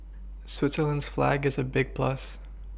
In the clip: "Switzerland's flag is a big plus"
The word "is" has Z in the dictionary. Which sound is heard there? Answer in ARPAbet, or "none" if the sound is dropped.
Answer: Z